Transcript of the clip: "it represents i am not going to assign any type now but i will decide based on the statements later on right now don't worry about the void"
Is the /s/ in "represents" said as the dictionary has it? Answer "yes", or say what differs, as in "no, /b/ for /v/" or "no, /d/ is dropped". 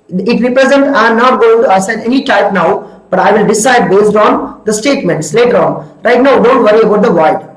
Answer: no, /s/ is dropped